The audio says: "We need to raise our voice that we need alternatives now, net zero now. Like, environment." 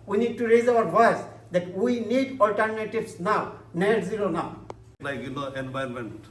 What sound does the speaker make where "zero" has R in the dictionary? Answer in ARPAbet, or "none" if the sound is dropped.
L